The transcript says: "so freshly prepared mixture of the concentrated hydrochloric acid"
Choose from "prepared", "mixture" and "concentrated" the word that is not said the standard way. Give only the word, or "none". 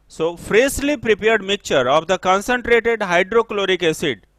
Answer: mixture